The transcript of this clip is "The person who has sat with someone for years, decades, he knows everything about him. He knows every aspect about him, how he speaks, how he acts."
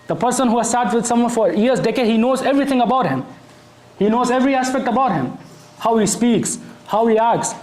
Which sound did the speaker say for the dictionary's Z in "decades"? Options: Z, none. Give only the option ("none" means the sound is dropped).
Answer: none